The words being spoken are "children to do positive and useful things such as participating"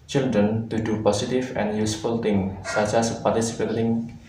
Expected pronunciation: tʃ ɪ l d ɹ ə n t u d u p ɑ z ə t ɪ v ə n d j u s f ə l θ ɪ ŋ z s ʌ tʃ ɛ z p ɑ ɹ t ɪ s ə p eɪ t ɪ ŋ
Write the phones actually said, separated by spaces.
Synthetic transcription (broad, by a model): tʃ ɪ l d ɹ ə n t u d u p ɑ s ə t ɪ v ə n j u s f ə l t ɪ ŋ s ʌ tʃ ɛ s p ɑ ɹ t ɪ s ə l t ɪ ŋ